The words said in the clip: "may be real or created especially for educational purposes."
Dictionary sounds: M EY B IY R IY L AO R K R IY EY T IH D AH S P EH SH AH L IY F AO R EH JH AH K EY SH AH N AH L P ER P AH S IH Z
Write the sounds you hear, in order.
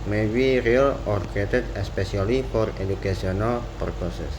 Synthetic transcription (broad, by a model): M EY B IY R IY L AO R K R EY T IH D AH S P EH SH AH L IY F AO R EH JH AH K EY S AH N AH L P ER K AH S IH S